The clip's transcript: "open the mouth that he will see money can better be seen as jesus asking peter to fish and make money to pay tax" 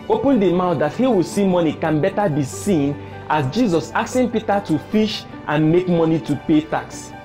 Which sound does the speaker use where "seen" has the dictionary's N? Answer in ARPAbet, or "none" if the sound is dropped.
N